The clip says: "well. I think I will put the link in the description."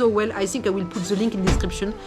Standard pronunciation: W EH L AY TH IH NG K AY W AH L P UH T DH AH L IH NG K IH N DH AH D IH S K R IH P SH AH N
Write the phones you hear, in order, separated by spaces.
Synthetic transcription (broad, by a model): W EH L AY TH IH NG K AY W AH L P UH T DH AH L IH NG K IH N D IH S K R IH P SH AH N